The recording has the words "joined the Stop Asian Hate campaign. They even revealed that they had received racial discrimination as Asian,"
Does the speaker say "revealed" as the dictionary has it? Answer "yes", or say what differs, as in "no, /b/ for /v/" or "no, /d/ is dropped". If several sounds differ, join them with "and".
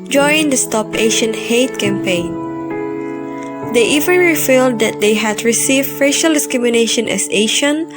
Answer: no, /f/ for /v/